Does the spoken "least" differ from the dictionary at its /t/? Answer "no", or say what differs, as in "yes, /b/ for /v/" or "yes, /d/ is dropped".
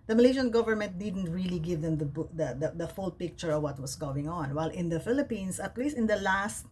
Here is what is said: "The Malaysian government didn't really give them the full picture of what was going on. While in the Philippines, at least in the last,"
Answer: yes, /t/ is dropped